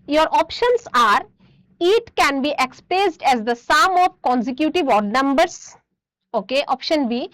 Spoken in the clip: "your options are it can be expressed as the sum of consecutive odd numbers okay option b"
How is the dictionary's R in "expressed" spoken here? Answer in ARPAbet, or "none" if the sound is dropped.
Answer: none